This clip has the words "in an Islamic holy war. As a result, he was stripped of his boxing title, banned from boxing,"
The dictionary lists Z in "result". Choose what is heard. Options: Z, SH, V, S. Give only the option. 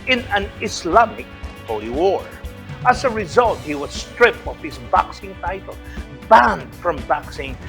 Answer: Z